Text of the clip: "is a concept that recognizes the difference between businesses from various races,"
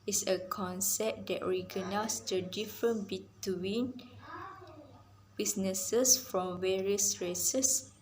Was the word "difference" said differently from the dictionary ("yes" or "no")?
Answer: yes